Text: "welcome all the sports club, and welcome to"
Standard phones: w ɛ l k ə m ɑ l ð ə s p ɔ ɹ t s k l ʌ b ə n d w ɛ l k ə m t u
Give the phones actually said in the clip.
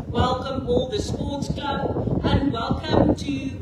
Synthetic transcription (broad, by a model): w ɛ l k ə m ɑ l ð ə s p ɔ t s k ʌ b ə n d w ɛ l k ə m t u